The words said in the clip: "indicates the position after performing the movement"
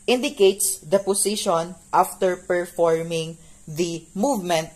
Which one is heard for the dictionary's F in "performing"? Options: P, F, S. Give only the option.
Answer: F